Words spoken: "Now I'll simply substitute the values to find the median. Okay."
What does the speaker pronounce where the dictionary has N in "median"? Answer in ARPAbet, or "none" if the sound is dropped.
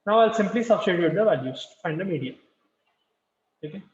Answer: none